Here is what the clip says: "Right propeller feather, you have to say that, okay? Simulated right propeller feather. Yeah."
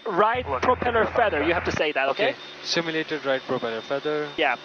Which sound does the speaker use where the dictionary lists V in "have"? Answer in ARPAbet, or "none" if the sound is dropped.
F